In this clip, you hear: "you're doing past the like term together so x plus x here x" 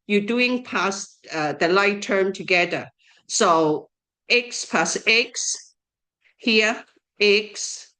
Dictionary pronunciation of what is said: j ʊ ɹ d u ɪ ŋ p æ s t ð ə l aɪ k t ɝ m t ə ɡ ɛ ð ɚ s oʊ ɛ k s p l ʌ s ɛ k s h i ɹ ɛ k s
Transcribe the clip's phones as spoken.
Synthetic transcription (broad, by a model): j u d u ɪ ŋ p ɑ s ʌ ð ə l aɪ t ɝ m t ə ɡ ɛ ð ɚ s oʊ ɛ k s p ɑ s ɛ k s h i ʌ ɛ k s